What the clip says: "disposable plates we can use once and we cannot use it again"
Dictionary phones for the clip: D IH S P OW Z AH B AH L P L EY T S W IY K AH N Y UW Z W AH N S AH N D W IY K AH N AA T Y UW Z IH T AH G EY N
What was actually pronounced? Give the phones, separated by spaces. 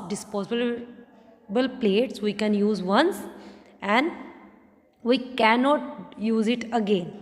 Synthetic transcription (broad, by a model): D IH S P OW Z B B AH L P L EY T S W IY K AH N Y UW Z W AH N S AH N D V IY K AH N AA T Y UW Z IH T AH G EY N